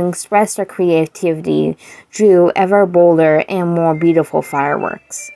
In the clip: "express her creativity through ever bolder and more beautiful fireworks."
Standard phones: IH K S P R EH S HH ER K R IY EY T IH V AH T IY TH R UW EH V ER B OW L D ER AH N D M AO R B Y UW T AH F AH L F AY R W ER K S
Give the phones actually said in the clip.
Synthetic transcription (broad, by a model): K S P R EH S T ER K R IY EY T IH V AH T IY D R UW EH V ER B OW L D ER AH N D M AO R B Y UW T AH F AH L F AY R W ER K S